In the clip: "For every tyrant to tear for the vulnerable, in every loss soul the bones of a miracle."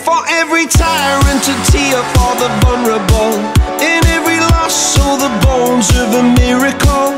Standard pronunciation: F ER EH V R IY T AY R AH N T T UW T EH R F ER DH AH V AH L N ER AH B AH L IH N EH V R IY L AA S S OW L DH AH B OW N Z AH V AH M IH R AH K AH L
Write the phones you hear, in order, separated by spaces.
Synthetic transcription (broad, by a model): F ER EH V R IY T AY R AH N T T UW T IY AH F ER DH AH V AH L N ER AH B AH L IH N EH V R IY L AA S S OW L DH AH B OW N Z AH V AH M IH R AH K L